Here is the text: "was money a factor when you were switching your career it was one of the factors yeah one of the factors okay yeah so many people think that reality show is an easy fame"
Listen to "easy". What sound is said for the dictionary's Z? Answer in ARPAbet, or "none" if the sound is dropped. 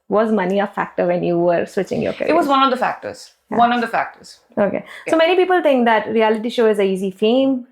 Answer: Z